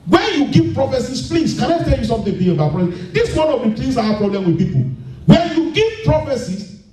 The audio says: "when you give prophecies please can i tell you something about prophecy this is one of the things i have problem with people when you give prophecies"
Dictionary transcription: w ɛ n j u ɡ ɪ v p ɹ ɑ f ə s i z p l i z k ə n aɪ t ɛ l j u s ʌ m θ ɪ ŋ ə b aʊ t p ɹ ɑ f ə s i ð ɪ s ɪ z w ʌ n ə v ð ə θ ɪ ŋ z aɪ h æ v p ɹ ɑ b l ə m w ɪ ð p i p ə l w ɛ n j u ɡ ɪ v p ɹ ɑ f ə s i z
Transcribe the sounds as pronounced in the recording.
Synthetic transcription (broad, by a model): w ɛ n j u ɡ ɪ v p ɹ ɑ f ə s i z p l i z k ə n aɪ t ɛ l j u s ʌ m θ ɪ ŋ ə aʊ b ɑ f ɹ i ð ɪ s w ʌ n ə v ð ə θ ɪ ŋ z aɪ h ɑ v p ɹ ɑ b l ə m w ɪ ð p i p ə l w ɛ n j u ɡ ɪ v p ɹ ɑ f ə s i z